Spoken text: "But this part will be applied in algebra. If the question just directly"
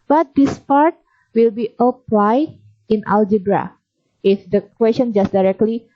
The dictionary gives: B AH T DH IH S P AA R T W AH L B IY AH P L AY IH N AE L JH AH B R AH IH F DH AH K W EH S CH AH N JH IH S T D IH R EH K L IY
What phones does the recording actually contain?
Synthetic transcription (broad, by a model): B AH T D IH S P AA R T W AH L B IY AH P L AY IH N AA L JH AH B R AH IH F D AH K W EH S CH AH N JH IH S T D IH R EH K L IY